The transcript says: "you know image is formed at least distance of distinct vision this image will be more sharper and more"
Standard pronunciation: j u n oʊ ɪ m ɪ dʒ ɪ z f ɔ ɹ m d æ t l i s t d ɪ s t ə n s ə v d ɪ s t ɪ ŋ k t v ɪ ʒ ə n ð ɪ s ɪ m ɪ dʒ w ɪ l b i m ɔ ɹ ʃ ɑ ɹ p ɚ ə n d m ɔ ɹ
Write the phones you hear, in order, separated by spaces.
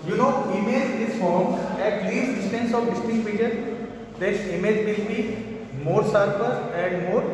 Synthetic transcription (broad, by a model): j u n oʊ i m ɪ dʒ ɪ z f ɔ ɹ m ɛ t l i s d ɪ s t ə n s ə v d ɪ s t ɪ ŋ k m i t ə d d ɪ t ɪ m ɪ dʒ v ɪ l b i m ɔ ɹ s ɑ ɹ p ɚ ə n d m ɔ ɹ